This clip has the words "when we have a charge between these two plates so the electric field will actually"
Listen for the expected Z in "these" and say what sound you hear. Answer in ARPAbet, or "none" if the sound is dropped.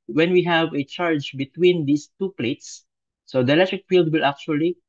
S